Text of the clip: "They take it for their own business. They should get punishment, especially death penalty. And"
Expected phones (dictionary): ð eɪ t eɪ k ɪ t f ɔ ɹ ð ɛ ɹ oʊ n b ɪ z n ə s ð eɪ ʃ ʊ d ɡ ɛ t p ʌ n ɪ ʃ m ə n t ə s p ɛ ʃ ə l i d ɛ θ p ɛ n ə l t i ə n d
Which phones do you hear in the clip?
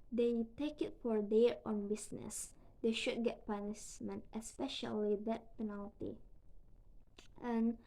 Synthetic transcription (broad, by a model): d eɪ t eɪ k ɪ t f ɔ ɹ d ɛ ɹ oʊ n b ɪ s n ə s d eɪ ʃ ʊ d ɡ ɛ t p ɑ n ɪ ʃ m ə n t ə s p ɛ ʃ ə l i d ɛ t p ɛ n ə l t i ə n